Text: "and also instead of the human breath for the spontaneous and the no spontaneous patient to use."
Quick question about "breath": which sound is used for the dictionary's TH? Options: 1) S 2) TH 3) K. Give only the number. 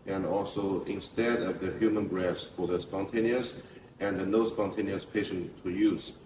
1